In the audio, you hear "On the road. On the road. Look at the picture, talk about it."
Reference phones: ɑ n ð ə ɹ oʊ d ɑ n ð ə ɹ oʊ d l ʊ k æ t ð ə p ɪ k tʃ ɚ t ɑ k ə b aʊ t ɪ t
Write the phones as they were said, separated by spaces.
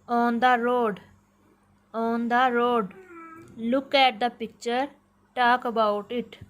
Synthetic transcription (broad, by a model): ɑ n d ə ɹ oʊ d ɑ n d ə ɹ oʊ d l ʊ k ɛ t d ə p ɪ k tʃ ɚ t ɑ k ə b aʊ t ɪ t